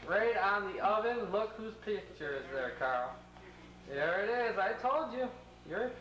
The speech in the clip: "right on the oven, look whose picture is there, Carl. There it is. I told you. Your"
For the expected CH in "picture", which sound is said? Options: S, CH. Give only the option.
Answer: CH